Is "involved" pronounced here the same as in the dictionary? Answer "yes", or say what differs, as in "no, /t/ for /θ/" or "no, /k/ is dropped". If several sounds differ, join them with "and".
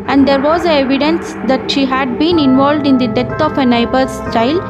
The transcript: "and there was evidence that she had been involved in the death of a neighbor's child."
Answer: yes